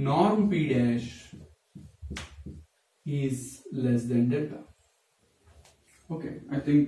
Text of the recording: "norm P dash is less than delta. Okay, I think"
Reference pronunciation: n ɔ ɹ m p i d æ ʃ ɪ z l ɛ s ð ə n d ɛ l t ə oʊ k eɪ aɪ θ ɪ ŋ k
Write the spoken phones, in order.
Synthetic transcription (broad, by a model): n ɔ ɹ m p i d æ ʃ ɪ z l ɛ s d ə n d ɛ t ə oʊ k eɪ aɪ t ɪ ŋ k